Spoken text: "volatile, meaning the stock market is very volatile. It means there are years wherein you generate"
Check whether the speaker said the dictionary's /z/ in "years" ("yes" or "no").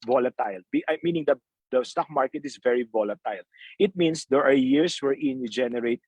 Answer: no